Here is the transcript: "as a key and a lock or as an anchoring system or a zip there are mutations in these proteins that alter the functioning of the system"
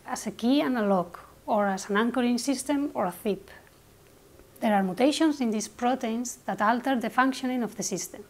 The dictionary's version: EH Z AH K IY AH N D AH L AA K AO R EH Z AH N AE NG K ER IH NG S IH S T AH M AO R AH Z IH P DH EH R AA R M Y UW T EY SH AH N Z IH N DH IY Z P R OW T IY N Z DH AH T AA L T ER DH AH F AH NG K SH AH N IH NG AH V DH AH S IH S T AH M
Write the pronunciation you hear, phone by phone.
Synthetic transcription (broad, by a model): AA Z AH K IY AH N AH L AA K AO R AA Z AH N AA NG K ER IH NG S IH S T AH M AO R AH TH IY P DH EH R AA R M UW T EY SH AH N S IH N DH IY S P R OW T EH N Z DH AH T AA L T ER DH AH F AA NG K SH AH N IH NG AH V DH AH S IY S T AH M